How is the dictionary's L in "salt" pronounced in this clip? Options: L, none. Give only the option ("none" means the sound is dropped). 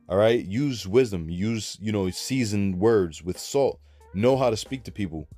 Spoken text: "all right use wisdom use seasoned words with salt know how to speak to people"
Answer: L